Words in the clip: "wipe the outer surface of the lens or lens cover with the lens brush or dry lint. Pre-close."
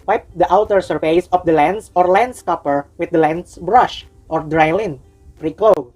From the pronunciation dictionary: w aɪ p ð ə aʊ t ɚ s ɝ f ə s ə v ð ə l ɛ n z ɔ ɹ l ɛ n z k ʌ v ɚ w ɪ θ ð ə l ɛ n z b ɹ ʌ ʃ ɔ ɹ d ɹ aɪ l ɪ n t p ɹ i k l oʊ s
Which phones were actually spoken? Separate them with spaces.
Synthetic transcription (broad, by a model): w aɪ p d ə aʊ t ɚ s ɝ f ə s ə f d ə l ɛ n s ɔ ɹ l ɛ n s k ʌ p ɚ w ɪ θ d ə l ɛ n s b ɹ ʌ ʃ ɔ ɹ d ɹ aɪ l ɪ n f ɹ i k l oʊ